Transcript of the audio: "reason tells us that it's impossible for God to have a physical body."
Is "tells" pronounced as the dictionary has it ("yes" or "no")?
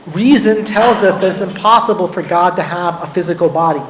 yes